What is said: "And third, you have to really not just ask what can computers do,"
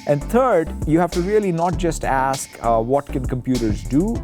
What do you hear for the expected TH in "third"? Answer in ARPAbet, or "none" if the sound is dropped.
T